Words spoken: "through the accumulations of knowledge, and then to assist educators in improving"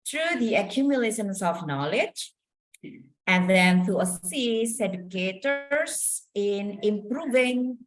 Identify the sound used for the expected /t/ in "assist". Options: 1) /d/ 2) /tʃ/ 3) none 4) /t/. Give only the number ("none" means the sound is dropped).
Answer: 3